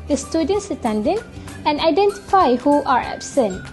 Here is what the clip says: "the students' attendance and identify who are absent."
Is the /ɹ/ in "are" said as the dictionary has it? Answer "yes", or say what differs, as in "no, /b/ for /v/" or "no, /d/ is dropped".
yes